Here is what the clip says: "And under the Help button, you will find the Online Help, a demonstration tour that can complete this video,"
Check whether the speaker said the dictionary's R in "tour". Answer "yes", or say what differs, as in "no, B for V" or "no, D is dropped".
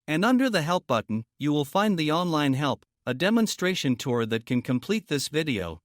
yes